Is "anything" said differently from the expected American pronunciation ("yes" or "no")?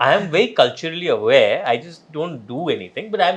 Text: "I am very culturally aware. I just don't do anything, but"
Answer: yes